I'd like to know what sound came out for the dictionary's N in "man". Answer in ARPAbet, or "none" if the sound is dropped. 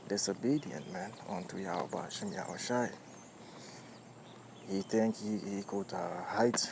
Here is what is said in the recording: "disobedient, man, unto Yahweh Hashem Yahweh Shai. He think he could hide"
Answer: N